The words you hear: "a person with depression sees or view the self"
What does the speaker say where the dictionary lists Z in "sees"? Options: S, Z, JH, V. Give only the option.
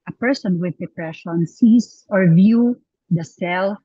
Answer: S